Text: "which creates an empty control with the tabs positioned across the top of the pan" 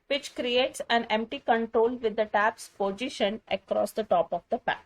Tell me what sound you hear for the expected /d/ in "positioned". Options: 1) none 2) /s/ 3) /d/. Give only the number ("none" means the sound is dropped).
1